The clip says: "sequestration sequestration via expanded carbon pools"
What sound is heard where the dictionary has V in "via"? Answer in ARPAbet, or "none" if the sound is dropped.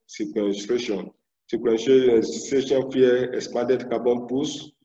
F